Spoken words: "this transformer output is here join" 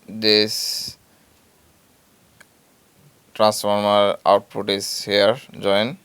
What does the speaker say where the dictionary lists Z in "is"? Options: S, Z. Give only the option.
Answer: S